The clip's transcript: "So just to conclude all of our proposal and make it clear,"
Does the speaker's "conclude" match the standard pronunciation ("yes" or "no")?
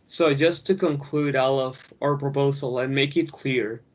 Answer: yes